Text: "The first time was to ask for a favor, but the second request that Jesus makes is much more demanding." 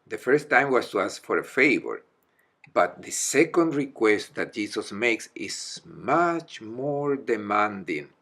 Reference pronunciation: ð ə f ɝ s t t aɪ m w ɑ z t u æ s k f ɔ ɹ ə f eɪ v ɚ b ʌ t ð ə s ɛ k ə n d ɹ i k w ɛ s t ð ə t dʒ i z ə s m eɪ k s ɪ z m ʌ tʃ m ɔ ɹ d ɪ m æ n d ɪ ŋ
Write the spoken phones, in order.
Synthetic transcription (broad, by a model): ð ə f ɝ s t t aɪ m w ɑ s t u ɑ s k f ɔ ɹ ə f eɪ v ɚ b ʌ t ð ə s ɛ k ə n d ɹ i k w ɛ s t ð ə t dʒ i s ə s m eɪ k s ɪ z m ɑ tʃ m ɔ ɹ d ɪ m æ n d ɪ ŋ